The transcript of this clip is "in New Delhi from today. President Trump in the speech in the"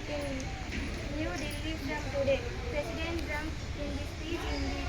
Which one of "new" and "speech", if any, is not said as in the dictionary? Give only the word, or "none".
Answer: speech